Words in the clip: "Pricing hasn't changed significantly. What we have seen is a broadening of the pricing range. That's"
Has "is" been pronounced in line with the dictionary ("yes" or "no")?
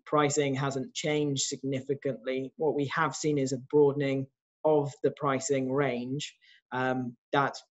yes